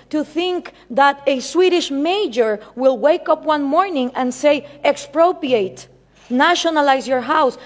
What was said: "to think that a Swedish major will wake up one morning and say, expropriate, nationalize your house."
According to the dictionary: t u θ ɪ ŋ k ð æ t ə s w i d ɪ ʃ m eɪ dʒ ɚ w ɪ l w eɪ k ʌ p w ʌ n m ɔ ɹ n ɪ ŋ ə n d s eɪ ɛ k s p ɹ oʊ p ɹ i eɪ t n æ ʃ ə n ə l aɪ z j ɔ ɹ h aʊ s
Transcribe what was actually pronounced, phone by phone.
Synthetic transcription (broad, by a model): t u θ ɪ ŋ k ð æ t ə s w i d ɪ ʃ m eɪ dʒ ɚ w ɪ l w eɪ k ʌ p w ʌ n m ɔ ɹ n ɪ ŋ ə n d s eɪ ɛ k s p ɹ oʊ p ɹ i eɪ t n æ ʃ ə n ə l aɪ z j ɔ ɹ h aʊ s